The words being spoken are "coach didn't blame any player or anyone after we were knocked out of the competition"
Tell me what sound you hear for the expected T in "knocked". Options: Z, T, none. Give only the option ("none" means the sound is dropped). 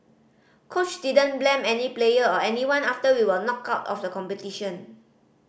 none